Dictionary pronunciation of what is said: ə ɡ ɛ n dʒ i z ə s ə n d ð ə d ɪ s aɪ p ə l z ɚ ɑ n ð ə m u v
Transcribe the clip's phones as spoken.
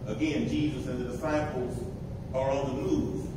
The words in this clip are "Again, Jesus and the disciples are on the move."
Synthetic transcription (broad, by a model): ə ɡ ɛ n dʒ i z ə s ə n ð ə d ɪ s aɪ p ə l z ɚ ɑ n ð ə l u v